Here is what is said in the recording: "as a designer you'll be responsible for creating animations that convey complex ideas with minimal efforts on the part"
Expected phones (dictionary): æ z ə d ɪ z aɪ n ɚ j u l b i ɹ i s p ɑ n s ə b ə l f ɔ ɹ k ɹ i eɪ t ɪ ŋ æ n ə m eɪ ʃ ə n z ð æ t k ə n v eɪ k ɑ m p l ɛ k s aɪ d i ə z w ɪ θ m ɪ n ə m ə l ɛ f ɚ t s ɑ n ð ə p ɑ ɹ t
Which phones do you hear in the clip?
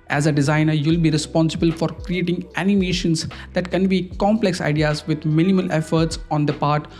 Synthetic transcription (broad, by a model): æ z ə d ɪ z aɪ n ɚ j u l b i ɹ i s p ɑ n s ə b ə l f ɔ ɹ k ɹ i eɪ t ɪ ŋ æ n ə m eɪ ʃ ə n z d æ t k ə n b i k ɑ m p l ɛ k s aɪ d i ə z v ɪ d m ɪ n ə m ə l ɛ f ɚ t s ɑ n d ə p ɑ ɹ t